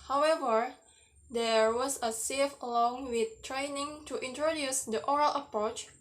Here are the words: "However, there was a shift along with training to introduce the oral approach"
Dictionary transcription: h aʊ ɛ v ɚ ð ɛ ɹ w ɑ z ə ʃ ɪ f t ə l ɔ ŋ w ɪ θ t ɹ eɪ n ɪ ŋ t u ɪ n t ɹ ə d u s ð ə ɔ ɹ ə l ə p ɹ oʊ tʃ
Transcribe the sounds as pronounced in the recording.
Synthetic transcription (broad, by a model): h aʊ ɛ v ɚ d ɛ ɹ w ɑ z ə s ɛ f ə l ɔ ŋ w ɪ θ t ɹ eɪ n ɪ ŋ t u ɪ n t ɹ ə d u s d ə ɔ ɹ ə l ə p ɹ oʊ tʃ